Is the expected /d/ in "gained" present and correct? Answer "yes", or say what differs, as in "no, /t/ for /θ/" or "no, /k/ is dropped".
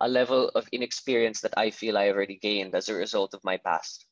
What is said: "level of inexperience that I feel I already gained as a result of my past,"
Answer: yes